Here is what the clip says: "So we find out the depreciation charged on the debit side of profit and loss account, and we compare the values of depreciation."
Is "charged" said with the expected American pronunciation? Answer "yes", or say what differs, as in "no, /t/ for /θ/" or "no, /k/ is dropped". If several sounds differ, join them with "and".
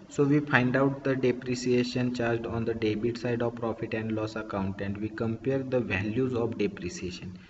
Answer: yes